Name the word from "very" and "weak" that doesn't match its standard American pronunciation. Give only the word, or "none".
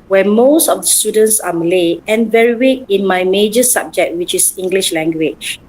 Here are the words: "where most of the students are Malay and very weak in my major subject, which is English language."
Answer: weak